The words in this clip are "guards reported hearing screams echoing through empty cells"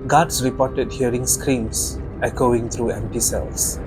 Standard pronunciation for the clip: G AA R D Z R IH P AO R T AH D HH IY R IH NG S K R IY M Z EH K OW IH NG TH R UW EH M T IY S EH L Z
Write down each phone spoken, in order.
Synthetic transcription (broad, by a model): G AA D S R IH P AO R T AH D HH IY R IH NG S K R IY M S EH K OW IH NG T R UW EH M T IY S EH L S